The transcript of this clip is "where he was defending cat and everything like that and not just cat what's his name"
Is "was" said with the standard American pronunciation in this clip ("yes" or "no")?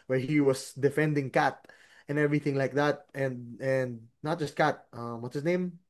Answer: no